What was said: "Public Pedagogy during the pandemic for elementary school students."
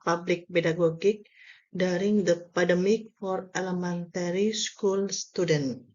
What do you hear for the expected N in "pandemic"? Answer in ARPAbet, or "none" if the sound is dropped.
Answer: none